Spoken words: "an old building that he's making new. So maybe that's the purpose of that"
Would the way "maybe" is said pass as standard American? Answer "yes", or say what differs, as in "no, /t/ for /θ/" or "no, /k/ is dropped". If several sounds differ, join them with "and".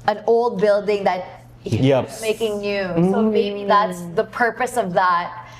no, /b/ is dropped